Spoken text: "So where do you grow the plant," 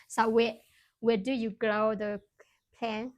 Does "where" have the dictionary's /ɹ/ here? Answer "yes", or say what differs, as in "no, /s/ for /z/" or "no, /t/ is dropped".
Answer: no, /w/ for /ɹ/